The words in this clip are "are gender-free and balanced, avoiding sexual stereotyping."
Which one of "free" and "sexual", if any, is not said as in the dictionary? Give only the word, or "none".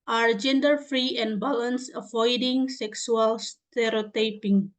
sexual